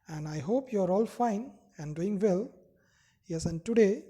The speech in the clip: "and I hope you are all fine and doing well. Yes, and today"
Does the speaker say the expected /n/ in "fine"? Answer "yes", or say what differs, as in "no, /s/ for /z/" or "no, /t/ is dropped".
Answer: yes